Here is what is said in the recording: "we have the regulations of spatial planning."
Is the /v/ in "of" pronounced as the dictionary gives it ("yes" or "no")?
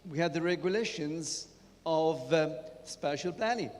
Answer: yes